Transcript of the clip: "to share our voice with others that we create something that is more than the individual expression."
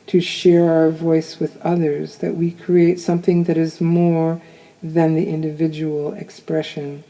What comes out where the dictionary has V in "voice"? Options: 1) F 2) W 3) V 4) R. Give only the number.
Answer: 3